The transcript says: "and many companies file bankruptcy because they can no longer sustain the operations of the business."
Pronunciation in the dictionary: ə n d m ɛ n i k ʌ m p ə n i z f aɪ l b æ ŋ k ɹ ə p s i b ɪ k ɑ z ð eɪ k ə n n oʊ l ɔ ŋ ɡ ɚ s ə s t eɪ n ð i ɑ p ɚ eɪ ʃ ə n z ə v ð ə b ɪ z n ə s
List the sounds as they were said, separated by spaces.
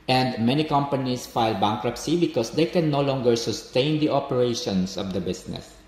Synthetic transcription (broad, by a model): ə n d m ɛ n i k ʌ m p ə n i s f aɪ l b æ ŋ k ɹ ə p s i b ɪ k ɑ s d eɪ k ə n n oʊ l ɔ ŋ ɡ ɚ s ə s t eɪ n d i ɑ p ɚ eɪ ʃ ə n s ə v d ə b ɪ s n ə s